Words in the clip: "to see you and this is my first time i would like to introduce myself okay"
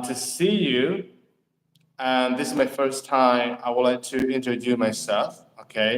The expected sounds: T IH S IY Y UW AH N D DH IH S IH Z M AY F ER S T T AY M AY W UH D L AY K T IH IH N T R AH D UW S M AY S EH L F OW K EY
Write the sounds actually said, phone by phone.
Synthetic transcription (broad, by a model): T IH S IY Y UW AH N DH IH S IH Z M AY F ER S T T AY M AY W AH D L AY K T IH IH N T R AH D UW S M AY S EH L F OW K EY